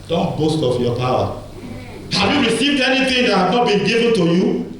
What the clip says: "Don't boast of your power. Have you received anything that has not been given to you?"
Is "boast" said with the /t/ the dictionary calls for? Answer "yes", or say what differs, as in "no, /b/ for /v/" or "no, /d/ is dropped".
yes